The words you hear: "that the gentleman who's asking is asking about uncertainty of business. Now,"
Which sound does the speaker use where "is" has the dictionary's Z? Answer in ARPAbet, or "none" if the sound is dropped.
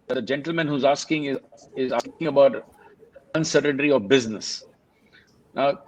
Z